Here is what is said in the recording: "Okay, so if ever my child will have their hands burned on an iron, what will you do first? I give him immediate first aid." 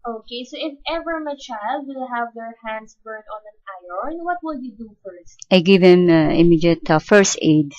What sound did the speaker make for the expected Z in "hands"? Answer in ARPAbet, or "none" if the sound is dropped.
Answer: S